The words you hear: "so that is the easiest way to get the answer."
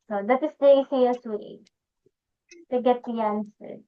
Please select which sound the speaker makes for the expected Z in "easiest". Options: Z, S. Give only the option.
S